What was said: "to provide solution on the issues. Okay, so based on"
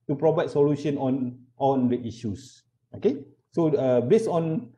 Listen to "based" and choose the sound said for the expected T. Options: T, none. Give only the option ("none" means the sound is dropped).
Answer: none